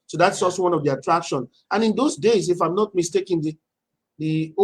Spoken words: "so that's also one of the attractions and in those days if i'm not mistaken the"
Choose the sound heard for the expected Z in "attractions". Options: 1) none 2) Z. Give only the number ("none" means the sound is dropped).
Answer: 1